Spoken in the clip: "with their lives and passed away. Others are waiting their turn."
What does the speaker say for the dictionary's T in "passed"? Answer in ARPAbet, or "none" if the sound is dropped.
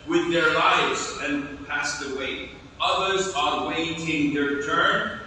T